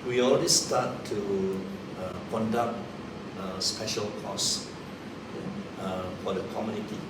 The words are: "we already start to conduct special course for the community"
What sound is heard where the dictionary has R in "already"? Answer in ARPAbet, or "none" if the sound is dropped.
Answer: L